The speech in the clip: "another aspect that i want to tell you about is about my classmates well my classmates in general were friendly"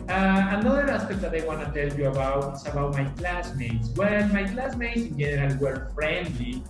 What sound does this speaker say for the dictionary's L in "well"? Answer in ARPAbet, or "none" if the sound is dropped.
N